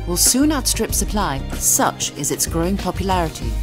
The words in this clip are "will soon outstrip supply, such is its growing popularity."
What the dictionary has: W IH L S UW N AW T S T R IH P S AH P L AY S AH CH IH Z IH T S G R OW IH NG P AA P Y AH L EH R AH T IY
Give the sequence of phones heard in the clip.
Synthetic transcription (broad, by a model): W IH L S UW N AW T S T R IH P S AH P L AY S AH CH IH Z IH T S G R OW IH NG P AA P Y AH L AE R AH T IY